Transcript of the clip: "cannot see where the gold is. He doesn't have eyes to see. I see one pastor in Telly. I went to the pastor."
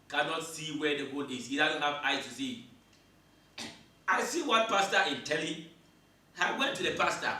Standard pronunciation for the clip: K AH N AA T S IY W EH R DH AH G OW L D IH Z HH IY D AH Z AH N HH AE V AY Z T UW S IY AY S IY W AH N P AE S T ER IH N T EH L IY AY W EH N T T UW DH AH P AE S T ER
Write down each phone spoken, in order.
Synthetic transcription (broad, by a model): K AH N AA T S IY W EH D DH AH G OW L IH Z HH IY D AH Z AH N HH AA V AY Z T UW S IY AY S IY W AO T P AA S T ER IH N T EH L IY AY W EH N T T UW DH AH P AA S T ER